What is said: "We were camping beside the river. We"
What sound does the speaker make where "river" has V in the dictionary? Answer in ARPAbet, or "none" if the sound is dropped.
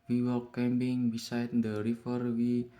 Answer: F